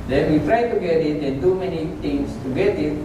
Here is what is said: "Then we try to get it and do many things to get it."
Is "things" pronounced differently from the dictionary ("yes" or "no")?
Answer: yes